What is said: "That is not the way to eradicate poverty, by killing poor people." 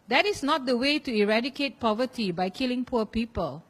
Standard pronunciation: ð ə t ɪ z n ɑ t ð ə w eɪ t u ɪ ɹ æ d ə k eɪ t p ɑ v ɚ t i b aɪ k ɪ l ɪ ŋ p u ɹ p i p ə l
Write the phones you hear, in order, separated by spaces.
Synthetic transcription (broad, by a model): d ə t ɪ s n ɑ t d ə w eɪ t u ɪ ɹ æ d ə k eɪ t p ɑ v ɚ t i b aɪ k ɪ l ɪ ŋ p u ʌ p i p ə l